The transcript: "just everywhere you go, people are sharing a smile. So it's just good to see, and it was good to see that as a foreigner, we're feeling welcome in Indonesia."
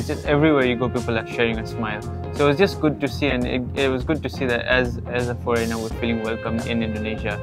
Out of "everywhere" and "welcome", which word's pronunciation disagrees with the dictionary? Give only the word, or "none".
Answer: none